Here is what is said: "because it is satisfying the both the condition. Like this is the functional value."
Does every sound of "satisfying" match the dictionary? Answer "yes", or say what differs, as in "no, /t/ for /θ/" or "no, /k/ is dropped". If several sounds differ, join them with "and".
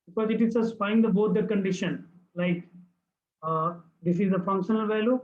no, /p/ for /f/